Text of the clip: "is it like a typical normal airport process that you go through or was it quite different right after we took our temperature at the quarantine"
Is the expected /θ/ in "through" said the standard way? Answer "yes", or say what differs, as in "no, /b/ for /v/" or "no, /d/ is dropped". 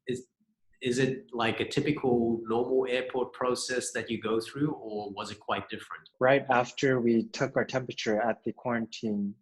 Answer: yes